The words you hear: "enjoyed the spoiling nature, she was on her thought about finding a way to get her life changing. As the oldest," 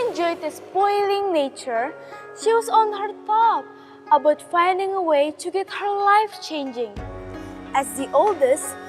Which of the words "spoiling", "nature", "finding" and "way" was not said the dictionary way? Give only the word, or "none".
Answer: none